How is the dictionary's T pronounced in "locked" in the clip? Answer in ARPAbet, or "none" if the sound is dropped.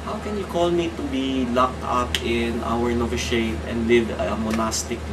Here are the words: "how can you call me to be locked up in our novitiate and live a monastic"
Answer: T